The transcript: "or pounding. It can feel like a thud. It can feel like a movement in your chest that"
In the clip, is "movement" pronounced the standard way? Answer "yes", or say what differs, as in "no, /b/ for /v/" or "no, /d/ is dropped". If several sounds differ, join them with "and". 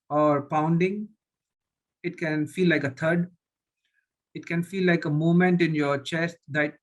no, /v/ is dropped